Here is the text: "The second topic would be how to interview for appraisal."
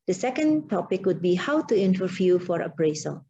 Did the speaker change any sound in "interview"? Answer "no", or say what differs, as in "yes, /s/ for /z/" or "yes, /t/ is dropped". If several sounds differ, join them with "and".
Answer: yes, /f/ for /v/